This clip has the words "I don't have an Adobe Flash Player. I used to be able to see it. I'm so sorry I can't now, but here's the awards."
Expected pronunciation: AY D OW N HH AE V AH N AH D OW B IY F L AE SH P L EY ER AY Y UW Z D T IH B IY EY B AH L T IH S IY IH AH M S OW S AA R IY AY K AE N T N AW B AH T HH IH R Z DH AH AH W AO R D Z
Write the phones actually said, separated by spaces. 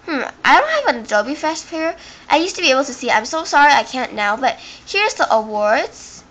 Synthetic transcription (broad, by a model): AY D OW N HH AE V AH N AH D OW B IY F AE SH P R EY AY Y UW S T IH B IY EY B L T IH S IY IH AH M S OW S AA R IY AY K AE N N AW B AH T HH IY R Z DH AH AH W AO R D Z